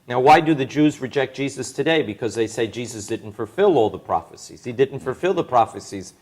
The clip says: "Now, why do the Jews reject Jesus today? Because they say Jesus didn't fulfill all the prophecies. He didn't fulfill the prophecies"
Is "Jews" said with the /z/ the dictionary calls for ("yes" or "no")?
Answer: yes